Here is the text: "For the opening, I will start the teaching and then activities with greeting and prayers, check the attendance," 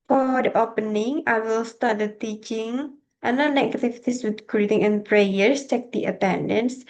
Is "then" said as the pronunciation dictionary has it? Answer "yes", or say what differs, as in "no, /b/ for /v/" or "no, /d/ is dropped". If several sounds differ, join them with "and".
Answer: no, /n/ is dropped